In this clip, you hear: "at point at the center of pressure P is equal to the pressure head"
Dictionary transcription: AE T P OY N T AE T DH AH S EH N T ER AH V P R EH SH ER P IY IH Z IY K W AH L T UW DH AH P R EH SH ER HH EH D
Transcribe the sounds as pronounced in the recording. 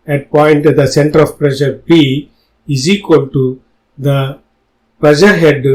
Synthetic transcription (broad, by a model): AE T P OY N T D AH S EH N T ER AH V P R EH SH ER B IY IH Z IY K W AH L T UW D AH P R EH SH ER HH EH D